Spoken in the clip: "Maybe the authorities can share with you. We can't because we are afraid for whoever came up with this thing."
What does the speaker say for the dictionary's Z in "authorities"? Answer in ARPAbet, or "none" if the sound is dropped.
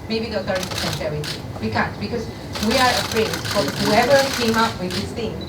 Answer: none